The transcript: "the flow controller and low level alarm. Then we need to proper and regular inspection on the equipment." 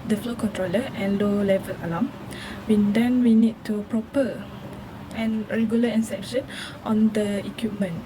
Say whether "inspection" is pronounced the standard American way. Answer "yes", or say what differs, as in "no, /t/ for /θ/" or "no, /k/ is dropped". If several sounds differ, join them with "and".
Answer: no, /p/ is dropped